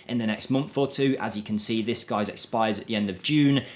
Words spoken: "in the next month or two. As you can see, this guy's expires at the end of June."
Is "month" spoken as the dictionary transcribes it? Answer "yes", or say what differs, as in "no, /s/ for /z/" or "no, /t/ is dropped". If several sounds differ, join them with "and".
yes